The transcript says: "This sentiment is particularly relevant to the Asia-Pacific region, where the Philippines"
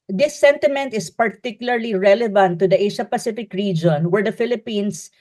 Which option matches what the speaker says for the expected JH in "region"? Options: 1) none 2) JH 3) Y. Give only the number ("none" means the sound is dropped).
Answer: 2